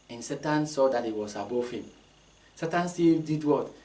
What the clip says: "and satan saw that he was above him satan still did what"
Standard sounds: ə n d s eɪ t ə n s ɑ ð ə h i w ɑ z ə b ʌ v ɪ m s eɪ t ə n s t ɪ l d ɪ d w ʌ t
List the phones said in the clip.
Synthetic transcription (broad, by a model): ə n s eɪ t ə n s ɑ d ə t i w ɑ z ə b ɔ f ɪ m s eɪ t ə n s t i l d ɪ d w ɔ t